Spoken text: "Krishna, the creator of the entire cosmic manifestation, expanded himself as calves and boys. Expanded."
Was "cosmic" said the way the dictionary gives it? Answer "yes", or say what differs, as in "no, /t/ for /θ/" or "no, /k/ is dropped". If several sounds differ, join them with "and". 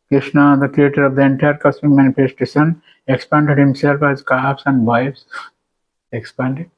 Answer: no, /s/ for /z/